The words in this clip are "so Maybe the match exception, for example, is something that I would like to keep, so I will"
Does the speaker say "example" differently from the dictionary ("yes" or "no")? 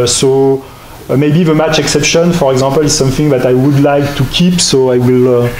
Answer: yes